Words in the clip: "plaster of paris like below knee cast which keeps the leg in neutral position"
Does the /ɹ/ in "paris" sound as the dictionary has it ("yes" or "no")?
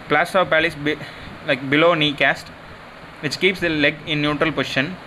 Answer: no